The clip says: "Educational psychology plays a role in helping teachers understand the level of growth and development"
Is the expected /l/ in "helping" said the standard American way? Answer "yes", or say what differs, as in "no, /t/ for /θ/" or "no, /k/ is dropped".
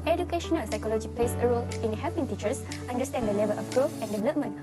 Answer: no, /l/ is dropped